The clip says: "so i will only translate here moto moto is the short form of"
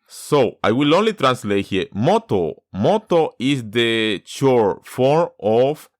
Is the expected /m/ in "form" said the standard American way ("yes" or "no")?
no